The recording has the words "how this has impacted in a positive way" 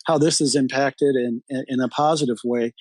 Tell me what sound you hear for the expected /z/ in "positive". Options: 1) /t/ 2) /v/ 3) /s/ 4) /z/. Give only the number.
4